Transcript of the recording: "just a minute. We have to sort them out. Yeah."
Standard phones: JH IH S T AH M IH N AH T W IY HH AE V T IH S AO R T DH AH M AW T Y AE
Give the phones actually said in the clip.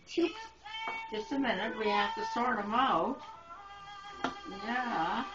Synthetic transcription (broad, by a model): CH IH S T AH M IH N AH T W IY HH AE F T IH S AO R T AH M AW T Y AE